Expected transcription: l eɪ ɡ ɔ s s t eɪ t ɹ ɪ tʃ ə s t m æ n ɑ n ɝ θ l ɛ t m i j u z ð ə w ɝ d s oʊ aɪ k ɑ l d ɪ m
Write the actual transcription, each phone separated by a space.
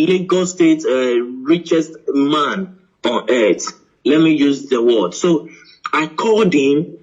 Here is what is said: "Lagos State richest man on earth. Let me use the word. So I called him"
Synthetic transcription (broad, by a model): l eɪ ɡ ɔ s s t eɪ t ɹ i tʃ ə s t m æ n ɑ n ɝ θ l ɛ t m i j u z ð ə w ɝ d s oʊ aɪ k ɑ d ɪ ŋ